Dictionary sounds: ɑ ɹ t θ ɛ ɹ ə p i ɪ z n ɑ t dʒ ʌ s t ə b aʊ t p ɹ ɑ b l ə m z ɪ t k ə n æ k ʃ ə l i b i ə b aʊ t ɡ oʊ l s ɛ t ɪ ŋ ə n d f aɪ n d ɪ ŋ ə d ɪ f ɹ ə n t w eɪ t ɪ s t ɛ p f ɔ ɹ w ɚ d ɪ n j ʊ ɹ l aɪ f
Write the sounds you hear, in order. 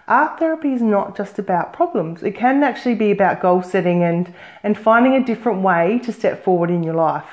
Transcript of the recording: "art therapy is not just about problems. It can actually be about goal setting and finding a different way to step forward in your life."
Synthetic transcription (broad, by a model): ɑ ɹ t θ ɛ ɹ ə p i ɪ z n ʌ t dʒ ʌ s t ə b aʊ t p ɹ ɑ b l ə m z ɪ t k ə n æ k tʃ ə l i b i ə b aʊ t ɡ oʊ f s ɛ t ɪ ŋ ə n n f aɪ n d ɪ ŋ ə d ɪ f ɹ ə n t w eɪ t ɪ s t ɛ p f ɔ ɹ w ɚ d ɪ n j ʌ ɹ l aɪ f